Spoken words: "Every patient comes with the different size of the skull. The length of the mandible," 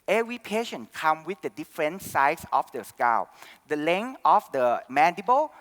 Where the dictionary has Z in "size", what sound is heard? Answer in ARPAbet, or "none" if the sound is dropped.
S